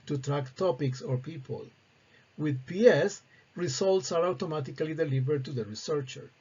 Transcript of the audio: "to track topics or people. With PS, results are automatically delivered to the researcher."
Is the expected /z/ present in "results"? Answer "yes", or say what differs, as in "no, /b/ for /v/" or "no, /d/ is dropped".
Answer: no, /s/ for /z/